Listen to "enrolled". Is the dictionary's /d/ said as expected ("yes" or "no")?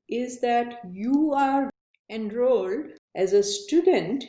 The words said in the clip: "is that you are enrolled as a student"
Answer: yes